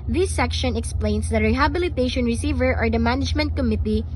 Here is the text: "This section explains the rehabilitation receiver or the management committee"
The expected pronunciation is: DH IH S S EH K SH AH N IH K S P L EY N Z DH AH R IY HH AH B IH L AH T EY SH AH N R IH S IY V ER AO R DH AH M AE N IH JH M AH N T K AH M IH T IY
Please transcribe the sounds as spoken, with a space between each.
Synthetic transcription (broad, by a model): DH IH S S EH K SH AH N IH K S P L EY N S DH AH R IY HH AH B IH L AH T EY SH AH N R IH S IY V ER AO R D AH M AE N IH JH M AH N T K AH M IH T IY